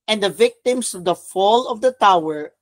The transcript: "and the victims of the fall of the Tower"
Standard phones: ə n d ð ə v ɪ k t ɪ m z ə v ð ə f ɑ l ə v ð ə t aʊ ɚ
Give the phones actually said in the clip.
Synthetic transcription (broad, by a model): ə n d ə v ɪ k t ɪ m s ə v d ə f ɑ l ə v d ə t aʊ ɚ